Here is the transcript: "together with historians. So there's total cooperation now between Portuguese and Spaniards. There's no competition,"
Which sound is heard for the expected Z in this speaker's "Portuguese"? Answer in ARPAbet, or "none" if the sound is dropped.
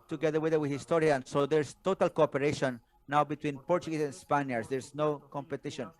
S